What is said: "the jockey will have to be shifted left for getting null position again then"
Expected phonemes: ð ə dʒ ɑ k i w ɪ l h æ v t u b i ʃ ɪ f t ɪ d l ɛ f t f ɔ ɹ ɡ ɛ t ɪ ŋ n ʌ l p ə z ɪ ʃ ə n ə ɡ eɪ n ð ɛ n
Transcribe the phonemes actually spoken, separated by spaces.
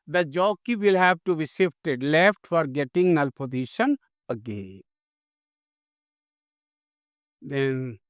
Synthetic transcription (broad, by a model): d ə dʒ ɑ k i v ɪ l h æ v t u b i s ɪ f t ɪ d l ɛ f t f ɔ ɹ ɡ ɛ t ɪ ŋ n ʌ l p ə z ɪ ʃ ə n ə ɡ eɪ n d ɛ n